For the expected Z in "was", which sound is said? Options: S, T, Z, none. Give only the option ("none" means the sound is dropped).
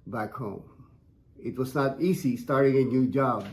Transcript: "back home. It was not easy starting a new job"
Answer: Z